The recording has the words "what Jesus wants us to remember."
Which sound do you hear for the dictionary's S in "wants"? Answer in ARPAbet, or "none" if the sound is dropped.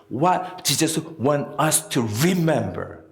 none